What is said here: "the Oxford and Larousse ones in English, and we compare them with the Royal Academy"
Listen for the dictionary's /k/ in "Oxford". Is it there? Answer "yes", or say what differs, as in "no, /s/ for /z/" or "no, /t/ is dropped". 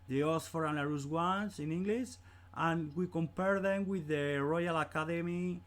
no, /k/ is dropped